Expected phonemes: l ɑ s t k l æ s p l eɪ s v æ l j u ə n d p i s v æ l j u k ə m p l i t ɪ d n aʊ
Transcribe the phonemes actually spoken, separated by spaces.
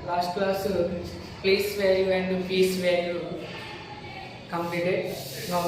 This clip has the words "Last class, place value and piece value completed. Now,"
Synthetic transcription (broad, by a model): l ɑ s t k l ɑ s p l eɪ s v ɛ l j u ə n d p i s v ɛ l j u k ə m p i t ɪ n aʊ